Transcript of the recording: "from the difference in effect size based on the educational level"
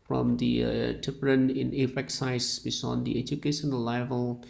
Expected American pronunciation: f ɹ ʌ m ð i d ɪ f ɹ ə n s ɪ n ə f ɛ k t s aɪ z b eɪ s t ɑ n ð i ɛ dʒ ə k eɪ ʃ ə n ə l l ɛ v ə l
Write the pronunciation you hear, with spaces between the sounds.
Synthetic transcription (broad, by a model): f ɹ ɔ m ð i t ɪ p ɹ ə n ɪ n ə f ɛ k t s aɪ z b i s ɑ n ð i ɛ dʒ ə k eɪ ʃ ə n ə l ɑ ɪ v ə l